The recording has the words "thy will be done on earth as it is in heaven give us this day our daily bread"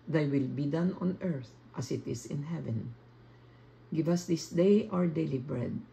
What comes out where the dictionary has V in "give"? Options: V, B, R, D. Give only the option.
V